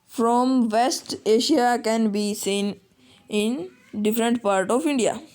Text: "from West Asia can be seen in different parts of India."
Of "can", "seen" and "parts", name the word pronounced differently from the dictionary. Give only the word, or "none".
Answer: parts